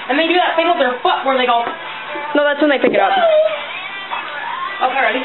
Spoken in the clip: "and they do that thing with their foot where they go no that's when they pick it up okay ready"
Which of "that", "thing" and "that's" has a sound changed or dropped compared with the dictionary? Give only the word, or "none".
thing